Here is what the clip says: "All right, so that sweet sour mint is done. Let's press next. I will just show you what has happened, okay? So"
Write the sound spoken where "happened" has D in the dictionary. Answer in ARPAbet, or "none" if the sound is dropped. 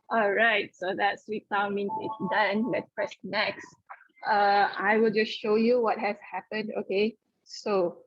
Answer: D